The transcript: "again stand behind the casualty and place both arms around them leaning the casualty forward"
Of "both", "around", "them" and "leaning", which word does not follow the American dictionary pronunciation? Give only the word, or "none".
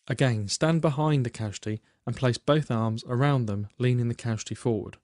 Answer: none